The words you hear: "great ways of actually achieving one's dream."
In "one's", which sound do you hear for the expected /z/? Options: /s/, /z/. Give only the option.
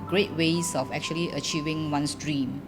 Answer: /s/